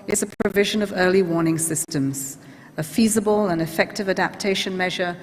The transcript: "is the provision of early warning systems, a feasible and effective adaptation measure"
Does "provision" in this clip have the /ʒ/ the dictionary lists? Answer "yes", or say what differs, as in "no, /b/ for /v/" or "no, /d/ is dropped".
yes